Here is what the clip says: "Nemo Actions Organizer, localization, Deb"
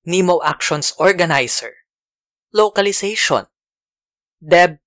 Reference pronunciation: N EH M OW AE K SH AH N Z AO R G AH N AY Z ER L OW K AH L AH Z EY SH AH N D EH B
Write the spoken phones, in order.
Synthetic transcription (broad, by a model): N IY M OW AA K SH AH N S AO R G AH N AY S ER L OW K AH L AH S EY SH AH N D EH B